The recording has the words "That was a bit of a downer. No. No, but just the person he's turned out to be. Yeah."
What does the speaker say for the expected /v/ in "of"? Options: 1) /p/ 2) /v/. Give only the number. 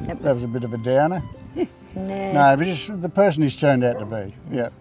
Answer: 2